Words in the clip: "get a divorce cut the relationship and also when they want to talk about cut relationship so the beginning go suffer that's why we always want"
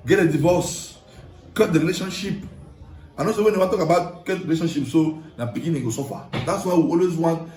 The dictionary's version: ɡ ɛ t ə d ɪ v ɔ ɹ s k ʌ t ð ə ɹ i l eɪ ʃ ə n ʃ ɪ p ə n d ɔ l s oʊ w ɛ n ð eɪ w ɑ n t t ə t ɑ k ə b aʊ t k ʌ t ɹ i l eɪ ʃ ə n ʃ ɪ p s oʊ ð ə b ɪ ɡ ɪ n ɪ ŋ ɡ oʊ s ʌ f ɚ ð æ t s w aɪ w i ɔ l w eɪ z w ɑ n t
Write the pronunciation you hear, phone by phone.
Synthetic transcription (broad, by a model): ɡ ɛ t ə d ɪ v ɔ s k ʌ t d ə ɹ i l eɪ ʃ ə n ʃ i p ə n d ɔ s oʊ w ɛ n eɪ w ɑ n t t t ɑ k ə b aʊ t k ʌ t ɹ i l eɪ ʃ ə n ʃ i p s oʊ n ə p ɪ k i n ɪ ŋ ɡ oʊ s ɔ f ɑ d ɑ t s w aɪ w i ɔ l w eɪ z w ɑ n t